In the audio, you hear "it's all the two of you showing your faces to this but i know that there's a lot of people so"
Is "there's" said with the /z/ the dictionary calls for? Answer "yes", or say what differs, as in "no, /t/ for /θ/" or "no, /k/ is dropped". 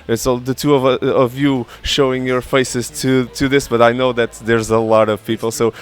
yes